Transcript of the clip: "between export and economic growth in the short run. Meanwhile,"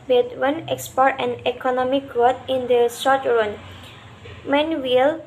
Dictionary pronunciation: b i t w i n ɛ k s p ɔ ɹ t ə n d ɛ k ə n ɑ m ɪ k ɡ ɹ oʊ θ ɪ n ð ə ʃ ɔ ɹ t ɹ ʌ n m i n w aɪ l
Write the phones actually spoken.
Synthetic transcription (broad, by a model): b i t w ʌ n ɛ k s p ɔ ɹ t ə n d ɛ k ə n ɑ m ɪ k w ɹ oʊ t ɪ n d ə s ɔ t ɹ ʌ n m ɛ n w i l